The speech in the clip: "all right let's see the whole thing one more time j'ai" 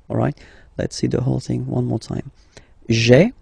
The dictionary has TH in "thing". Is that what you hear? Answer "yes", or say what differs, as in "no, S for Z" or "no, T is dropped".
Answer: yes